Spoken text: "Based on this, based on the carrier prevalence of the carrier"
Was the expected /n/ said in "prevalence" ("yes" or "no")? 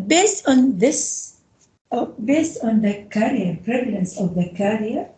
yes